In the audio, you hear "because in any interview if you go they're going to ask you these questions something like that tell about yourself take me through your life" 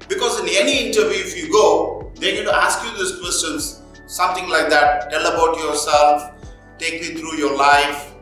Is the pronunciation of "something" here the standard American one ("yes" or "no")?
no